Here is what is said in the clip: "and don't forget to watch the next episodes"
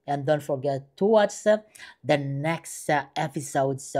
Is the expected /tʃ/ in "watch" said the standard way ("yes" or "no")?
no